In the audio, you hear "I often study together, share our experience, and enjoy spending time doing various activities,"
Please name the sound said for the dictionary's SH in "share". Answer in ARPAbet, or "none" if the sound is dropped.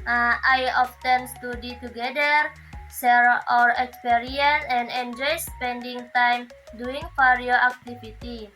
S